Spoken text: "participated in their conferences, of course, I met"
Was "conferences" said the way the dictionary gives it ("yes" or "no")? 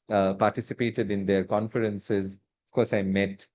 yes